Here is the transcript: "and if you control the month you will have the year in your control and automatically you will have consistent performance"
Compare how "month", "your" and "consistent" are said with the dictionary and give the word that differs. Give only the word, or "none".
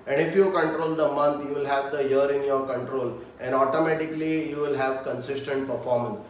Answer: month